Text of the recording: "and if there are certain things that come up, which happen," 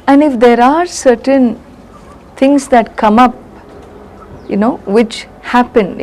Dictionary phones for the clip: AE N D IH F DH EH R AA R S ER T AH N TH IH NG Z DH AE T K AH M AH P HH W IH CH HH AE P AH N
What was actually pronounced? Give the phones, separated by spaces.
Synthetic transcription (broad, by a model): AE N D IH F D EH R AA R S ER T AH N T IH NG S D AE T K AH M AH P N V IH CH HH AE P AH N